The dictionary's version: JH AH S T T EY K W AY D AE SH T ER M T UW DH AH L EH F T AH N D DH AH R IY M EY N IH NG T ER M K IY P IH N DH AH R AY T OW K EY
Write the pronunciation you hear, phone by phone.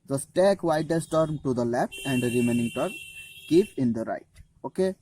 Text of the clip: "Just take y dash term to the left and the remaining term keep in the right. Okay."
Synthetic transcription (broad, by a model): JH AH S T T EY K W AY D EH S T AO M T UW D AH L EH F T AH N D R IY M EY N IH NG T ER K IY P IH N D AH R AY T OW K EY